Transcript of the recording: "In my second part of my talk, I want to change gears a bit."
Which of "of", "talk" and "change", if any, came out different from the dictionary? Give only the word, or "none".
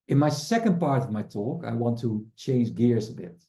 none